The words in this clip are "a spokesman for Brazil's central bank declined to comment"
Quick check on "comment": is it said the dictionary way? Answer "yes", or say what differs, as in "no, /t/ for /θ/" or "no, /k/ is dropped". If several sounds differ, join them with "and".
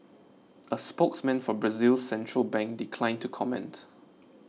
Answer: yes